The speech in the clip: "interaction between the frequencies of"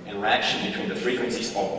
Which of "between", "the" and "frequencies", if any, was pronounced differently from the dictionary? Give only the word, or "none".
none